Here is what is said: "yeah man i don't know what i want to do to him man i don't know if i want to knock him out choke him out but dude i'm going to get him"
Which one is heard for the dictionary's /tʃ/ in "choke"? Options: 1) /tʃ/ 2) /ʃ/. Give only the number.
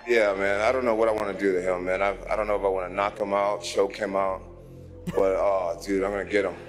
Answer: 2